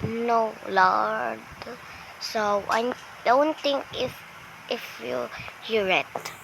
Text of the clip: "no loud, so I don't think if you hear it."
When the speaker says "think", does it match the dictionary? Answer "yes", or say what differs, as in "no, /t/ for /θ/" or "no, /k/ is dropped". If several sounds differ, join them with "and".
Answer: no, /t/ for /θ/